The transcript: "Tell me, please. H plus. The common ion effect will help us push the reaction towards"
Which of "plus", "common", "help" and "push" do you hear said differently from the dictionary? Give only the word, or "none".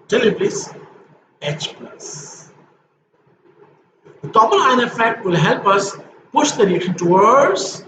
common